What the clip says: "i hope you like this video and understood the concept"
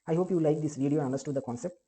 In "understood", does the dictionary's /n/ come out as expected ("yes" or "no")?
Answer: no